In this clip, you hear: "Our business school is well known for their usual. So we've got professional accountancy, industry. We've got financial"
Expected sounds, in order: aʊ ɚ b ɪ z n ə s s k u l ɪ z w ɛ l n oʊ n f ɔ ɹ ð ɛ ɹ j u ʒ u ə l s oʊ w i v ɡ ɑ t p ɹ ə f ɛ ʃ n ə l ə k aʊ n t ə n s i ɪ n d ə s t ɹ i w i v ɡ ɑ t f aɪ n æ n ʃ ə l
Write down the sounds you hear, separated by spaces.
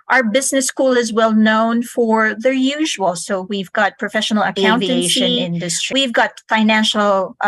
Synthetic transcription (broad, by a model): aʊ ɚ b ɪ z n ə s s k u l ɪ z w ɛ l n oʊ n f ɔ ɹ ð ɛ ɹ j u ʒ u ə l s oʊ w i v ɡ ɑ t p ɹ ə f ɛ ʃ n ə l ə k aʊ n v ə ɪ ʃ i ɪ n d ə s t ɹ i w i v ɡ ɑ t f aɪ n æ n ʃ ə l